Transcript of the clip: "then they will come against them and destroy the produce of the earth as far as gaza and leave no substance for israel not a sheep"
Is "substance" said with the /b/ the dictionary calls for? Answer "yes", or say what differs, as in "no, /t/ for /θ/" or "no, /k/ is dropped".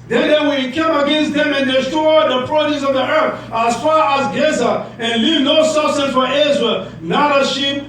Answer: no, /b/ is dropped